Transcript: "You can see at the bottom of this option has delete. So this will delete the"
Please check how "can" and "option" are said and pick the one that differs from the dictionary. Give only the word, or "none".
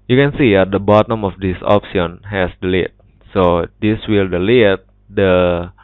option